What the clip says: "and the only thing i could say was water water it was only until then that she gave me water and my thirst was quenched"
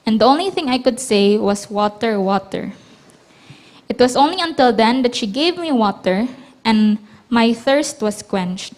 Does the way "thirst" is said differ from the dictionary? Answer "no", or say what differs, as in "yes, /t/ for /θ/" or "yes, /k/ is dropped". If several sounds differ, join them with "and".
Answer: no